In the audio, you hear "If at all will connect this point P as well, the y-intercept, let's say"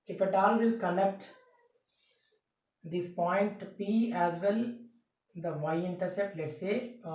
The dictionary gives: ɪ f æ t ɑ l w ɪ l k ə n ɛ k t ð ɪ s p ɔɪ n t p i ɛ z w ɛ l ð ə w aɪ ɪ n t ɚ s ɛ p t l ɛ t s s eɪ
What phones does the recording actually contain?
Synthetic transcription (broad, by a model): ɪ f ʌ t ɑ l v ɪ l k ə n ɛ k t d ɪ s p ɔɪ n t p i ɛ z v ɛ l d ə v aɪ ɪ n t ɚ s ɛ t l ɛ t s s eɪ